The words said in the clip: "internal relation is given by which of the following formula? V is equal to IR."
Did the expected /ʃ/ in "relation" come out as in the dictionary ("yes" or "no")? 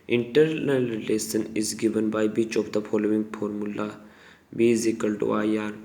no